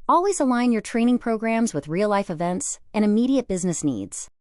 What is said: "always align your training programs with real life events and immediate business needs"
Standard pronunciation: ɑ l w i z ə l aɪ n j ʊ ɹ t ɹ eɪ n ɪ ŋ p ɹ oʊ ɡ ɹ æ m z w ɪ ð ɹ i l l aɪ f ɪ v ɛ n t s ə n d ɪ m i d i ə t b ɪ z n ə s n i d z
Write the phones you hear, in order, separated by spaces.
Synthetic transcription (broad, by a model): ɑ l w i z ə l aɪ n j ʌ ɹ t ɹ eɪ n ɪ ŋ p ɹ oʊ ɡ ɹ æ m z w ɪ ð ɹ i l l aɪ f ɪ v ɛ n t s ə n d ɪ m i d i ə t b ɪ z n ə s n i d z